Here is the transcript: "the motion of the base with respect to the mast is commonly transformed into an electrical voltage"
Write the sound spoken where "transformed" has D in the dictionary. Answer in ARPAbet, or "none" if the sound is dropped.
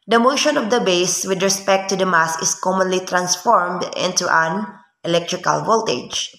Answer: D